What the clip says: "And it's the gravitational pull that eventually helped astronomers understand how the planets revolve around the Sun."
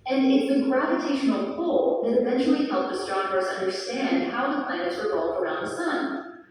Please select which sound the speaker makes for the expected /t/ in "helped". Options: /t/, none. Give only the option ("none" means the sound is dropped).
none